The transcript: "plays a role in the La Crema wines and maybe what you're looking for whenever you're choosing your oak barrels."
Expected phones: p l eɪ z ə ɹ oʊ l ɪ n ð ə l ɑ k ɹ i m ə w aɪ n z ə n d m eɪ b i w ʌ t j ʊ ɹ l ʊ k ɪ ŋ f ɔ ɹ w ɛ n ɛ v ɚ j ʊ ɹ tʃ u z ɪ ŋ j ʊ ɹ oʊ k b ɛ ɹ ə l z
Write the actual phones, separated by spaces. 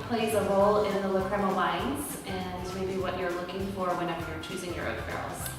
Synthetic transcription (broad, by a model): p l eɪ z ə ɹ oʊ l ɪ n ð ə l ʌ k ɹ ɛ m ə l aɪ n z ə n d m eɪ b i w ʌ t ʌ ɹ l ʊ k ɪ ŋ f ɔ ɹ w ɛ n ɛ f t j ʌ ɹ tʃ u z ɪ ŋ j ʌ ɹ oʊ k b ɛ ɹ l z